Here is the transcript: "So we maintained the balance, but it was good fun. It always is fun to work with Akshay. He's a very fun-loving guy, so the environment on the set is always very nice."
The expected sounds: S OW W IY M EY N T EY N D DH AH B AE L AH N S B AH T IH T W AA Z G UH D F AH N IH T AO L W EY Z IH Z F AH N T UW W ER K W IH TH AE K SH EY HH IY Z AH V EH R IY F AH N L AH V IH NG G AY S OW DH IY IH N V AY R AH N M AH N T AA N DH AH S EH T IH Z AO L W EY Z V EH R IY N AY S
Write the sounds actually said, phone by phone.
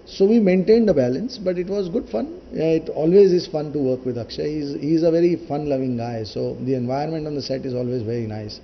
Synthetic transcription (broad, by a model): S OW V IY M EY N T EY N D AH B AE L AH N S B AH T IH T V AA Z G UH D F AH N IH T AO L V EY Z IH Z F AH N T UW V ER K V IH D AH K SH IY HH IY Z AH V EH R IY F AH N L AH V IH NG G AY S OW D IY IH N V AY AH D M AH N T AA N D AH S EH T IH Z AO L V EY Z V EH R IY N AY S